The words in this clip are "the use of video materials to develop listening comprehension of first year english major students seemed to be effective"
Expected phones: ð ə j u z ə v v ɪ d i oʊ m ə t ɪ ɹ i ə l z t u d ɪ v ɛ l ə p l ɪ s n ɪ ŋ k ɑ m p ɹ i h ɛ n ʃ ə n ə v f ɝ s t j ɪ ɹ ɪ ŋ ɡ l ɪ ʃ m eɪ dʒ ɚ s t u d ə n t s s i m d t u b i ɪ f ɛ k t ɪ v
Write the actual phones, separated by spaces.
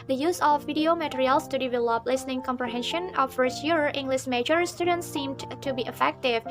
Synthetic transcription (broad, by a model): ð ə j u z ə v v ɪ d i oʊ m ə t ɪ ɹ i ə l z t u d ɪ v ɛ l ə p l ɪ s n ɪ ŋ k ɑ m p ɹ i h ɛ n ʃ ə n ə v f ɝ s t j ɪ ɹ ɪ ŋ ɡ l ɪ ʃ m eɪ dʒ ɚ s t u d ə n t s s i m d t u b i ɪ f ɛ k t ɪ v